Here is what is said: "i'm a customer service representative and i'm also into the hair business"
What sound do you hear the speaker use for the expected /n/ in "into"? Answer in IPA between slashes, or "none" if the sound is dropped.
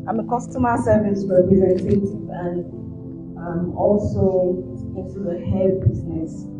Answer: none